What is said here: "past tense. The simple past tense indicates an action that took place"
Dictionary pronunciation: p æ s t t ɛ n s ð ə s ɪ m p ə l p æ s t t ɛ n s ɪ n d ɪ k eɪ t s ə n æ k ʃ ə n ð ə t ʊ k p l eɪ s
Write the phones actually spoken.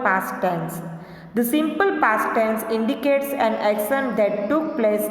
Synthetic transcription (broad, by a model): p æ s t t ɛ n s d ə s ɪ m p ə l p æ s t t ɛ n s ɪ n d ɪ k eɪ t s ə n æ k s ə n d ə t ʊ k p l eɪ s